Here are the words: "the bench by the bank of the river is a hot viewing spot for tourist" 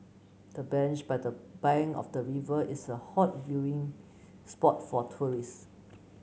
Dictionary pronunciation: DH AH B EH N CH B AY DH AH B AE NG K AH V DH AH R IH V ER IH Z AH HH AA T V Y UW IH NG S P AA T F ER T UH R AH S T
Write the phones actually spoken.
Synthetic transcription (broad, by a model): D AH B EH N CH B AY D AH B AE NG AH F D AH R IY V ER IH S AH HH AA T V Y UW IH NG S P AA T F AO T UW R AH S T